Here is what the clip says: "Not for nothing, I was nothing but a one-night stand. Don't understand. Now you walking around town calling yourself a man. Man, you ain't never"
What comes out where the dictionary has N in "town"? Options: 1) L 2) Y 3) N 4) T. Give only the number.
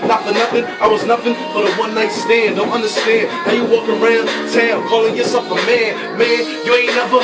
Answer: 1